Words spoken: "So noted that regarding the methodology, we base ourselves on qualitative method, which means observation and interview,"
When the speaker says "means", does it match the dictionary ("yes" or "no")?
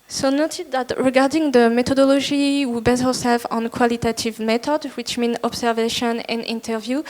no